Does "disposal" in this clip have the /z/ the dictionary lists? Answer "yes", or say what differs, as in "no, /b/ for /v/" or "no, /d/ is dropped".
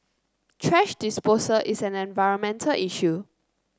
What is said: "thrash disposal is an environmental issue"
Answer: no, /s/ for /z/